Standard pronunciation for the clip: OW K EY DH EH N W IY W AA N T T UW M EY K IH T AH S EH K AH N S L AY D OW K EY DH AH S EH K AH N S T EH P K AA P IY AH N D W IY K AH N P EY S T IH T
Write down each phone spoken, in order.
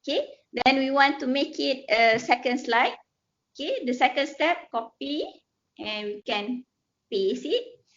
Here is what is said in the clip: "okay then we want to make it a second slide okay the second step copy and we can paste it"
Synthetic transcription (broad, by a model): K EY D EH N W IY W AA N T T UW M EY K IH T AH S EH K AH N S L AY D OW K EY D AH S EH K AH N S T EH P K AA P IY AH N W IY K AH N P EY S IH T